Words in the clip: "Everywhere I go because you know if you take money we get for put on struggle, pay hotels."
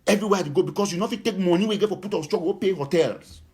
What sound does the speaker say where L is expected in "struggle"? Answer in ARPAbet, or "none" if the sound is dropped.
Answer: W